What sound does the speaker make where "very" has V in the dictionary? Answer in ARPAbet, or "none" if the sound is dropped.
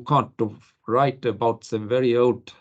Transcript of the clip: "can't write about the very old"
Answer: V